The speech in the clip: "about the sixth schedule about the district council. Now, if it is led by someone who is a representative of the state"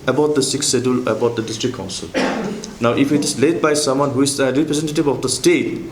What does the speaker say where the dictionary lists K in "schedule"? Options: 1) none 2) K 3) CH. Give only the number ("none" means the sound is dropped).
1